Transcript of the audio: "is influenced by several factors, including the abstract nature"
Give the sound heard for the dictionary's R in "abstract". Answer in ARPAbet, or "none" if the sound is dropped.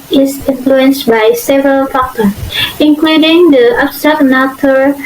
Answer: none